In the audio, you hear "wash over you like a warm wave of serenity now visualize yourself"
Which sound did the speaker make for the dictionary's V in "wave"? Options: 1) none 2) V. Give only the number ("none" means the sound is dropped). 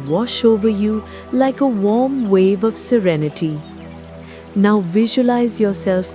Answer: 2